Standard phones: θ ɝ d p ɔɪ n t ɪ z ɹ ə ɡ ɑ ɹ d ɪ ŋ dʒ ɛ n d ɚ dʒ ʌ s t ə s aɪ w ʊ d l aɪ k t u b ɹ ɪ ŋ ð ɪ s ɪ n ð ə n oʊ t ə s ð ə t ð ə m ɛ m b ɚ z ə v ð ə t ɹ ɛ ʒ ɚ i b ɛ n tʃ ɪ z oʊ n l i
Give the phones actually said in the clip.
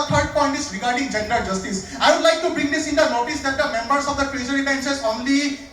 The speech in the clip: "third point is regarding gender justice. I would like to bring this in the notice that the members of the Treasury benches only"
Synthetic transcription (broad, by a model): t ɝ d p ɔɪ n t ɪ s ɹ ə ɡ ɑ ɹ d ɪ ŋ dʒ ɛ n d ɚ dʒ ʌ s t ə s aɪ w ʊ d l aɪ k t u b ɹ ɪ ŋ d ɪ s ɪ n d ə n oʊ t ə s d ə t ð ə m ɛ m b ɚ s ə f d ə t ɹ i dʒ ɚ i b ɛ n s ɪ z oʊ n l i